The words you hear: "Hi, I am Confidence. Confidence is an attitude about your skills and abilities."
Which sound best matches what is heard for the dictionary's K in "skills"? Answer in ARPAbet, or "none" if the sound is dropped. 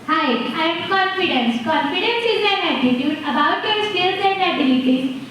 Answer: none